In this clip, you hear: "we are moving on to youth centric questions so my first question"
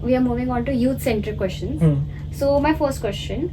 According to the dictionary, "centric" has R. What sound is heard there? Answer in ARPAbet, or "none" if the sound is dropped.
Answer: none